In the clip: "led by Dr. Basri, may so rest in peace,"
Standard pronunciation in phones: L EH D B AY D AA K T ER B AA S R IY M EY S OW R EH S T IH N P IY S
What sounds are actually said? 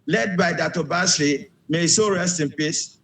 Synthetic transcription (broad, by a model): L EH D B AY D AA T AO B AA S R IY M EY S OW R EH S T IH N P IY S